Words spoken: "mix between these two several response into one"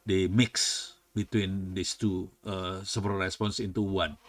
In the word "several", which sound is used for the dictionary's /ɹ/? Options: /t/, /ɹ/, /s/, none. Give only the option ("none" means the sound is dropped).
none